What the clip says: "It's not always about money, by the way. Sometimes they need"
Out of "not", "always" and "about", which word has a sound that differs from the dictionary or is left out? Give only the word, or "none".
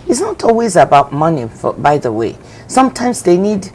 none